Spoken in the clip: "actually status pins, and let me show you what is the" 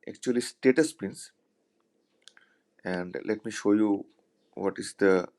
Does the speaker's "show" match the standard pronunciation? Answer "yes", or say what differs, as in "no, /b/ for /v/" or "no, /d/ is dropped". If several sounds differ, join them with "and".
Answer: yes